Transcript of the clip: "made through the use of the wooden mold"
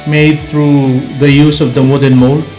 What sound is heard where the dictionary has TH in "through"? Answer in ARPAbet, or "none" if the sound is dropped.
T